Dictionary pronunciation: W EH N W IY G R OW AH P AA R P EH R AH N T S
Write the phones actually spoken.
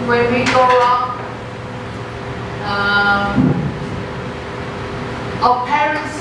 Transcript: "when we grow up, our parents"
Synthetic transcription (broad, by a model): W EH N W IY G OW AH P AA P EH R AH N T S